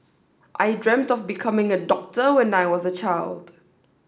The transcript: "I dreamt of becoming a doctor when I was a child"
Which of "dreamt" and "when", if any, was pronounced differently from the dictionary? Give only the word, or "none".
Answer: none